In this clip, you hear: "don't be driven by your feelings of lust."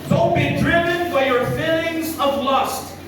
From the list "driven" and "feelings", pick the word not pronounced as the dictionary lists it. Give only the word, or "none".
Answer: none